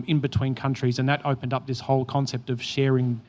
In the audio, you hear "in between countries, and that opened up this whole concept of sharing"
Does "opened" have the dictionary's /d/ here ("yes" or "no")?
yes